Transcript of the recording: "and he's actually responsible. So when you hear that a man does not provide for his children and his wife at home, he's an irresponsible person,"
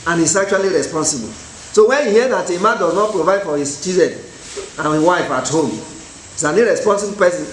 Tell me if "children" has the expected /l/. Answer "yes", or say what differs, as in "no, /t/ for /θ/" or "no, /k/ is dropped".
no, /l/ is dropped